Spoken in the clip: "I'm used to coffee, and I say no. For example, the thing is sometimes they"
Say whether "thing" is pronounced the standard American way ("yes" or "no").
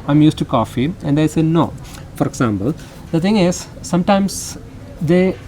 no